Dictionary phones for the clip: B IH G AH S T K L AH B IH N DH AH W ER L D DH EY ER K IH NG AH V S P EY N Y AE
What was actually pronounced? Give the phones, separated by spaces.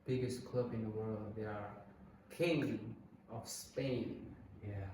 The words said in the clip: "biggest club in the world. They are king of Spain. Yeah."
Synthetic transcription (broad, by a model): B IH G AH S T K L AH B IH N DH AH W ER L D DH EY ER K IH NG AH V S P EY N Y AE